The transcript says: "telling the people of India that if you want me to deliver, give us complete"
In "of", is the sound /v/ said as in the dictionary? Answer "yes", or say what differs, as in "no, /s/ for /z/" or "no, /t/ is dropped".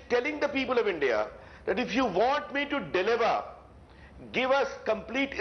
yes